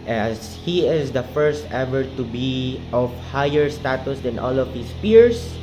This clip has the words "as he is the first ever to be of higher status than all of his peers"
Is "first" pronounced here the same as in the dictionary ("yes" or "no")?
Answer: yes